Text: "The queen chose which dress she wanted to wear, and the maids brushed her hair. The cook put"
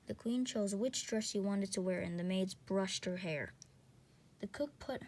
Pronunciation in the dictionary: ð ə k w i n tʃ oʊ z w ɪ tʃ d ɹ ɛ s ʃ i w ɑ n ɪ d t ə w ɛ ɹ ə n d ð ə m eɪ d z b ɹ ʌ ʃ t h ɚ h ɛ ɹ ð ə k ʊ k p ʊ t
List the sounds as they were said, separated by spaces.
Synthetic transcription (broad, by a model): ð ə k w i n tʃ oʊ z w ɪ tʃ d ɹ ɛ s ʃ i w ɑ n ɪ d t ə w ɛ ɹ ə n ð ə m eɪ d z b ɹ ʌ ʃ t h ɚ h ɛ ɹ ð ə k ʊ k p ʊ t